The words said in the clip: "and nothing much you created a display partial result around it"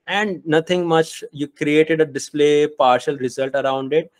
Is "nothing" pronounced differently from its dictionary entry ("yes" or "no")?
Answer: yes